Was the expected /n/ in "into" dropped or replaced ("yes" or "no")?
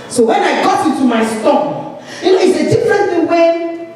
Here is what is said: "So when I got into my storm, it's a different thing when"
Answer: yes